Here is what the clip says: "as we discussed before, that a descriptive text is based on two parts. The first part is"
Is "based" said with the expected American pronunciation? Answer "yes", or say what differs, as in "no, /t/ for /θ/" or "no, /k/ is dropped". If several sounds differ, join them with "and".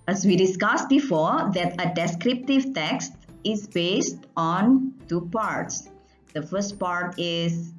yes